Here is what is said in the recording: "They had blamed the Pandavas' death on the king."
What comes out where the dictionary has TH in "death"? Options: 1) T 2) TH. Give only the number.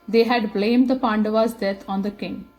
1